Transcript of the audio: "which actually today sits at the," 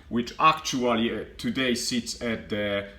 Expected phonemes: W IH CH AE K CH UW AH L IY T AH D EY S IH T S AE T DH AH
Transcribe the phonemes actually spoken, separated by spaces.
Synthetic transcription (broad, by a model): W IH CH AE K CH UW AH L IY T AH D EY S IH T S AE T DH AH